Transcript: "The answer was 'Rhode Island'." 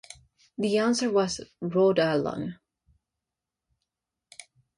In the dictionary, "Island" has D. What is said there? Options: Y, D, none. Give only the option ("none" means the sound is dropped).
none